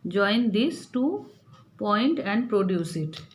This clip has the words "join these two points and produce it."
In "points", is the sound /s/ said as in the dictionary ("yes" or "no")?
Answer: no